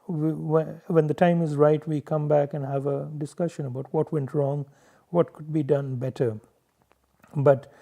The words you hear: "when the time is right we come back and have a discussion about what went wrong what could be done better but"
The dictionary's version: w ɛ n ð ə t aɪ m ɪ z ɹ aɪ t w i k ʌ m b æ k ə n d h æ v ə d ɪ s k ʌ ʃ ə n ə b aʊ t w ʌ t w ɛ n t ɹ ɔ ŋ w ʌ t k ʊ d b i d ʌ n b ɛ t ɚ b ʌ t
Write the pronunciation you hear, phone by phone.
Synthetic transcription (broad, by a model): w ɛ n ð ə t aɪ m ɪ z ɹ aɪ t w i k ʌ m b æ k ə n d h æ v ə d ɪ s k ʌ ʃ ə n ə b aʊ t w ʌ t w ɛ n t ɹ ɔ ŋ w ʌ t k ʊ d b i d ʌ n b ɛ t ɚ b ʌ t